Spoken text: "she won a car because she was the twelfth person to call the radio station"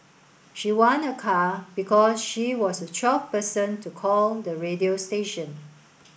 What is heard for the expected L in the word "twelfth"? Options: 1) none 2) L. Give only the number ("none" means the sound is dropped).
1